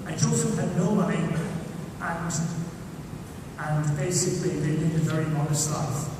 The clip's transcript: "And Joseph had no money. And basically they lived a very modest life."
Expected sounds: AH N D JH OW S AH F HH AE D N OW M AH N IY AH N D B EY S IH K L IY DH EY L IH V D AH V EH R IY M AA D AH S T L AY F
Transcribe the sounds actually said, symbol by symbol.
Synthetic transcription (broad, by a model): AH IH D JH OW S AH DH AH N OW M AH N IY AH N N B EY S IH K L IY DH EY N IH D AH V EH R IY M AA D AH S T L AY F